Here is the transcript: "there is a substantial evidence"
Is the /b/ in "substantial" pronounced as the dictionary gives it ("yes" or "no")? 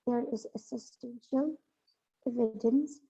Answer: no